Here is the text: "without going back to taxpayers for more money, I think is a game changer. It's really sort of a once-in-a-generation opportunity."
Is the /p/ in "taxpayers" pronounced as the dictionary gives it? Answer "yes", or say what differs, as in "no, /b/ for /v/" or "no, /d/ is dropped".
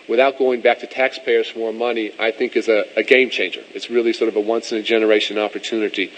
yes